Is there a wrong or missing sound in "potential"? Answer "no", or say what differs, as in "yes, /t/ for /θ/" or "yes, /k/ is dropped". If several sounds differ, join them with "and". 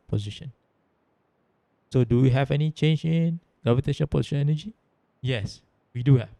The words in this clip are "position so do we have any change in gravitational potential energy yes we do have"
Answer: yes, /n/ is dropped and /n/ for /l/